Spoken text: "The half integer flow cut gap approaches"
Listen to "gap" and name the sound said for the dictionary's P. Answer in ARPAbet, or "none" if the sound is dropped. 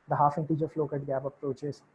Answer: B